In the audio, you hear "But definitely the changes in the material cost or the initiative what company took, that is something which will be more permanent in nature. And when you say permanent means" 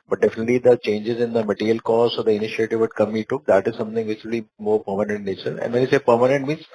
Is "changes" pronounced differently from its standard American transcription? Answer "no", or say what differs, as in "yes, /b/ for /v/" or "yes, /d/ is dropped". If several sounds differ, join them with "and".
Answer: no